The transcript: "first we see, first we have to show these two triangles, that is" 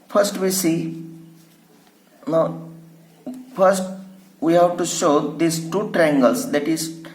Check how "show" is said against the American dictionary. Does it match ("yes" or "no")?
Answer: yes